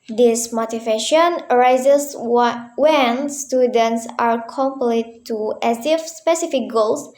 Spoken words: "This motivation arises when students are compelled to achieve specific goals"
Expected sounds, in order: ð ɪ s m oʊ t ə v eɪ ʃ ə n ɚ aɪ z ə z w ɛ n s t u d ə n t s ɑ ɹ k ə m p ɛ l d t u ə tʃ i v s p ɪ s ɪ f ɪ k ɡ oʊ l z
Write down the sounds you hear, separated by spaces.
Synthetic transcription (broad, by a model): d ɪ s m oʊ t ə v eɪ ʃ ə n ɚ aɪ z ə s w ɛ n s t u d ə n t s ɑ ɹ k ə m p l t t u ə s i f s p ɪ s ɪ f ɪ k ɡ oʊ l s